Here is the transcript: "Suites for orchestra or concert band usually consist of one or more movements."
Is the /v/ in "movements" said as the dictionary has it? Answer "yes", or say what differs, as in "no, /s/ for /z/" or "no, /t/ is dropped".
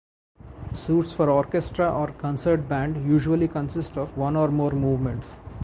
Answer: yes